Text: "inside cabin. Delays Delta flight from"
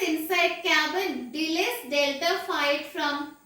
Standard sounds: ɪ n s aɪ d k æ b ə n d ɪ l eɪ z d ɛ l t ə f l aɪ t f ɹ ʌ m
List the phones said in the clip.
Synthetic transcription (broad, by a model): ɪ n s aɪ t k æ b ə n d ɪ l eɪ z d ɛ l t ə f aɪ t f ɹ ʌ m